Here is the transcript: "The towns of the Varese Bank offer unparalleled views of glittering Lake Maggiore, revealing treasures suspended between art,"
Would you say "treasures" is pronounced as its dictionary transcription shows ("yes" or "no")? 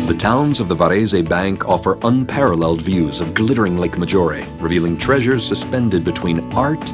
yes